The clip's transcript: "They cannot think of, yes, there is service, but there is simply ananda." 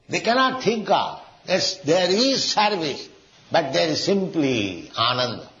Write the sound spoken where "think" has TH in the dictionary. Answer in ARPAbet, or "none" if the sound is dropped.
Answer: T